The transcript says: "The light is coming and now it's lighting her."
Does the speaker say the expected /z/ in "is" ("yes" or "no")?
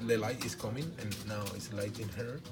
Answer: no